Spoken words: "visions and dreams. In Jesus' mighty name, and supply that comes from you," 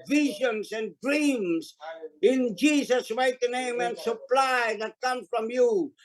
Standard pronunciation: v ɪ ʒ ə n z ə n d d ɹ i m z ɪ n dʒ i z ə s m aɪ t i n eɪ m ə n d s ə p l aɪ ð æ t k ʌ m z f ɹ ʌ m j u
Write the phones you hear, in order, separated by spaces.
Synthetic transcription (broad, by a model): v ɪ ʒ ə n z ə n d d ɹ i m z ɪ n dʒ i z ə s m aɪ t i n eɪ m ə n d s ə p l aɪ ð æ t k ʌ m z f ɹ ʌ m j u